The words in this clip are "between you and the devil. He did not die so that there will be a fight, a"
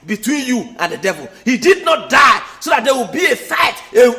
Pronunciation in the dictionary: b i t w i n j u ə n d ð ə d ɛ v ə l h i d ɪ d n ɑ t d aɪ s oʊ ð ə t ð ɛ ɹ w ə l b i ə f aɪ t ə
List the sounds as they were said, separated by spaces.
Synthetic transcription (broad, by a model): b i t w i n j u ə n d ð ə d ɛ v ə l h i d ɪ d n ɑ t d aɪ s oʊ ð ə t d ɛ w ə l b i ə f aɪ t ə